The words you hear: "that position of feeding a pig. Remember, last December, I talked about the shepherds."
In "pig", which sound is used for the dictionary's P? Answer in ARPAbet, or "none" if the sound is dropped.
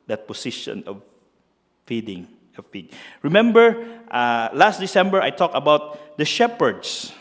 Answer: F